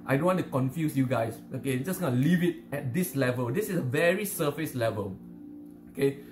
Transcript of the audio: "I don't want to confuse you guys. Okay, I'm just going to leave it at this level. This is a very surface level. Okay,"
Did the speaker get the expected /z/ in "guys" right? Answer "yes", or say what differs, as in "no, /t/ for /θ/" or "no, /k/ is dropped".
no, /s/ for /z/